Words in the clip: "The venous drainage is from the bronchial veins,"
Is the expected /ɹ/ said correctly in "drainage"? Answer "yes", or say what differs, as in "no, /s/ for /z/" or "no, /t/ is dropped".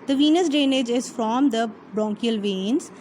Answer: no, /ɹ/ is dropped